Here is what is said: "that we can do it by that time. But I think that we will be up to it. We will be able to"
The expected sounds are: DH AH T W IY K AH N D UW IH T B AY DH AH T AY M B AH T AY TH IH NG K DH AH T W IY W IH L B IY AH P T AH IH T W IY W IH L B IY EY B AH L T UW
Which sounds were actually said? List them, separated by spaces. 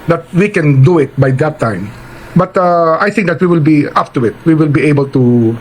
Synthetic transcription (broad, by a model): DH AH T W IY K AH N D UW IH T B AY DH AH T AY M B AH T AY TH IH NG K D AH T W IY W IH L B IY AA F T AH IH T W IY W IH L B IY EY B AH L T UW